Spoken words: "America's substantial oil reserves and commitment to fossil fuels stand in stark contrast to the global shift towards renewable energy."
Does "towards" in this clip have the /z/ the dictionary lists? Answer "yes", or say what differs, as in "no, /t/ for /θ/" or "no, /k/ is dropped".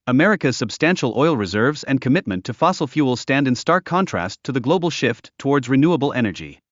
yes